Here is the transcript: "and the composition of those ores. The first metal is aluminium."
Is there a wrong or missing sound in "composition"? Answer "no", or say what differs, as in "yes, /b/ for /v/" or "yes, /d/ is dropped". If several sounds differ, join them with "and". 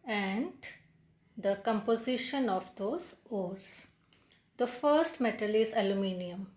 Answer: no